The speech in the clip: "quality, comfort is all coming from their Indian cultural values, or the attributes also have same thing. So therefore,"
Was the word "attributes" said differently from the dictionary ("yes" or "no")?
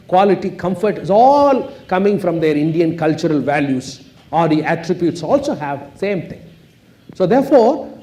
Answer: no